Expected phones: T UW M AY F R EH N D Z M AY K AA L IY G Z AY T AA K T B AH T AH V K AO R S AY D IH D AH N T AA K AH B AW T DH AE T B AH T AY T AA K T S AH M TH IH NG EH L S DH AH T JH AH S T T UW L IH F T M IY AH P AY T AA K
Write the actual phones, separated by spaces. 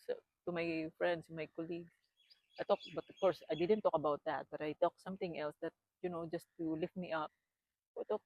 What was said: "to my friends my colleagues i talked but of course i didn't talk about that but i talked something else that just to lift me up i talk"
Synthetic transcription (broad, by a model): T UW M AY F R EH N D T M AY K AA L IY G AY T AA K B AH T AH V K AO R S AY D IH D AH N T AA K AH B AW T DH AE T B AH T AY T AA K S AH M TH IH NG EH L S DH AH T JH AH S T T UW L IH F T M IY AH P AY T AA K